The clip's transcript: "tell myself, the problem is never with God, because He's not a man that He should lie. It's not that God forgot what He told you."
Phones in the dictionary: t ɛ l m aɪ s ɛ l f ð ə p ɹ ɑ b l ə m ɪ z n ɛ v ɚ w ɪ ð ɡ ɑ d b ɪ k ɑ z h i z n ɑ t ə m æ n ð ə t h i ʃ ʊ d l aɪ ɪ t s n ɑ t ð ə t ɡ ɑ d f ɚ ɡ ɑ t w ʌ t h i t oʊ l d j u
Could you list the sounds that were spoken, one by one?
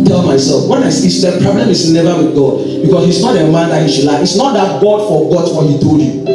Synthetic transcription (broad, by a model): t ɛ l m aɪ s ɛ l f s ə p ɹ ɑ b l ə m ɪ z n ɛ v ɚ w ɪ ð ɡ ɑ d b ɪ k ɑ s h i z n ɑ t ə m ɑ n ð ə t h i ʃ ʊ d l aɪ ɪ t s n ɑ t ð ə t ɡ ɑ d f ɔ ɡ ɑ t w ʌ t h i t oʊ d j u